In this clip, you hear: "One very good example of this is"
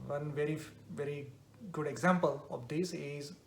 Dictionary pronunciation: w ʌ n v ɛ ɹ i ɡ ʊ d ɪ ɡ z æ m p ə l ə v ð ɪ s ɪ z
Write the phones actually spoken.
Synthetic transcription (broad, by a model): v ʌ n v ɛ ɹ i ɡ ʊ d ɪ ɡ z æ m p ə l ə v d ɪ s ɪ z